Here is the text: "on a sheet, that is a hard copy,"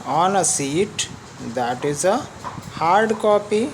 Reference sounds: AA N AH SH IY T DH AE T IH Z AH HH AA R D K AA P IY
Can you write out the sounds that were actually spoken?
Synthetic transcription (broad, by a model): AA N AH S IY T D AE T IH Z AH HH AA R D K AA P IY